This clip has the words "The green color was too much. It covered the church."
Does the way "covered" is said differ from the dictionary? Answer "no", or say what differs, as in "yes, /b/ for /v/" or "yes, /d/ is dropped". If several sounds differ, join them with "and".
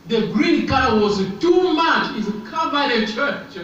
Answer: yes, /b/ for /v/